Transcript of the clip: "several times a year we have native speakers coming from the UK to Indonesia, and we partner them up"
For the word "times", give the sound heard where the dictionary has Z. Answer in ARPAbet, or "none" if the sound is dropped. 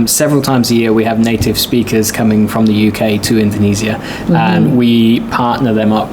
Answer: Z